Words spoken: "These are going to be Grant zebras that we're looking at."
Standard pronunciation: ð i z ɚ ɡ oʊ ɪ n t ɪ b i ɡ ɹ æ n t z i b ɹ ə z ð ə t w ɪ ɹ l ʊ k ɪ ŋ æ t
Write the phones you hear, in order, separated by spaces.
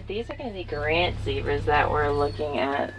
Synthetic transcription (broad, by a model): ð i z ɚ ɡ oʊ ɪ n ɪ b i ɡ ɹ æ n t s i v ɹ z ð ə t w ɪ ɹ l ʊ k ɪ ŋ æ t